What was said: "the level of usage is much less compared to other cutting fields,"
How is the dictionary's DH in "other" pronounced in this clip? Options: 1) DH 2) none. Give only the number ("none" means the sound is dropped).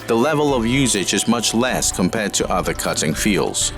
1